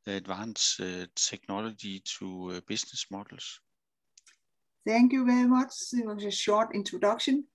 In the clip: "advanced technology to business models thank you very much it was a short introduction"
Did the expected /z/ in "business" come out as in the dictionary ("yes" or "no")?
no